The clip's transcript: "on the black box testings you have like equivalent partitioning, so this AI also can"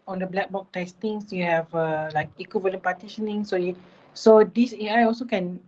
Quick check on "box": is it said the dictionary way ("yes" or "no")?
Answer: no